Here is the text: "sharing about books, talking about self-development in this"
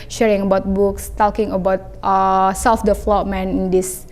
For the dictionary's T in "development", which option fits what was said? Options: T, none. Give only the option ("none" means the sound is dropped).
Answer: none